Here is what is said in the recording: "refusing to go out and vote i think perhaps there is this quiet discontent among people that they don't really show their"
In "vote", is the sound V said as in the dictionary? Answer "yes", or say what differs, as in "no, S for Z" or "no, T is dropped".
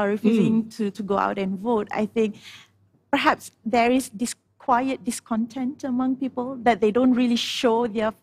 yes